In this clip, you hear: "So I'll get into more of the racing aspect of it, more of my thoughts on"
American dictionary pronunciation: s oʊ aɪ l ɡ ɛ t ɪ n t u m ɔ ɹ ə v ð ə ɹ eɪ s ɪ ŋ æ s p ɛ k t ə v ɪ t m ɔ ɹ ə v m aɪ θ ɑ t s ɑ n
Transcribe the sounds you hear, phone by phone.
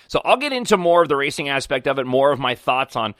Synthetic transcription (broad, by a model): s oʊ aɪ l ɡ ɛ t ɪ n t u m ɔ ɹ ə v ð ə ɹ eɪ s ɪ ŋ æ s p ɛ k t ə v ɪ t m ɔ ɹ ə v m aɪ θ ɑ t s n